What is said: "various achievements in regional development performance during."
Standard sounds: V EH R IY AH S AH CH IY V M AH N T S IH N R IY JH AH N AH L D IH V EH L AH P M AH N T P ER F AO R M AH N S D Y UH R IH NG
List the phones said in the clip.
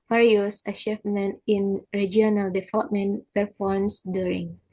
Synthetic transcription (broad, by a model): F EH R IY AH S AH SH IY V M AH N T IH N R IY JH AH N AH L D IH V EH L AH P M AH N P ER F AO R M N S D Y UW R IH NG